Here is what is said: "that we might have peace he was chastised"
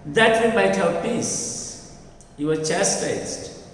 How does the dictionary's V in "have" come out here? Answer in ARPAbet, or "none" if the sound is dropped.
W